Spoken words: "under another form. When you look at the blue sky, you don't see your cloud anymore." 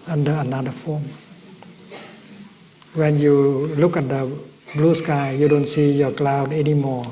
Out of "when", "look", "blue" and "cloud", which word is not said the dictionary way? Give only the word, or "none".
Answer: none